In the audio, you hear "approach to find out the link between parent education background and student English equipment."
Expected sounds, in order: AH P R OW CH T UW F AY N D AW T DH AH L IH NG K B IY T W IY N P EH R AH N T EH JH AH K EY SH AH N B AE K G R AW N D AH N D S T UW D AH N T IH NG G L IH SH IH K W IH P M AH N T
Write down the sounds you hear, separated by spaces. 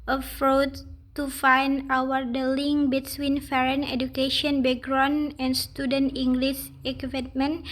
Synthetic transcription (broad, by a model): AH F R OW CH T UW F AY N D AW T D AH L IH NG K B IY T W IY N F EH R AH N EH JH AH K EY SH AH N B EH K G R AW N AH N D S T UW D AH N T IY NG G L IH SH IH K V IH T M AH N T